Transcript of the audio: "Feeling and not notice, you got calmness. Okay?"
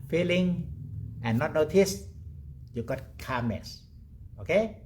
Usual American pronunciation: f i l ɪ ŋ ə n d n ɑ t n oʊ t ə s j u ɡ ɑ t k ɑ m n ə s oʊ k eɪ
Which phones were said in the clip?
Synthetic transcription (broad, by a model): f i l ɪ ŋ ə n n ɑ t n oʊ t ə s j u ɡ ɑ t k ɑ m ə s oʊ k eɪ